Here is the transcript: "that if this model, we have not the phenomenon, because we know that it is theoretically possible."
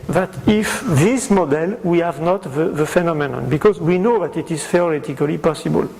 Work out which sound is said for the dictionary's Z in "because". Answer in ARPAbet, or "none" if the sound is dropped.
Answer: Z